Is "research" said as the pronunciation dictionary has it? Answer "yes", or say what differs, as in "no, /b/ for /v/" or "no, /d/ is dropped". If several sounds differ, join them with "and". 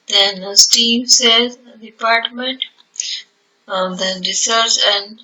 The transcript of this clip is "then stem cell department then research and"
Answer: no, /s/ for /tʃ/